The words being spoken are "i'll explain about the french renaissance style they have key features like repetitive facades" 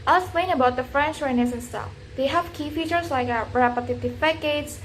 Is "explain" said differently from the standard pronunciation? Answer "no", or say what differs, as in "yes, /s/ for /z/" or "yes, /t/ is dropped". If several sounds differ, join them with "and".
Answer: yes, /k/ is dropped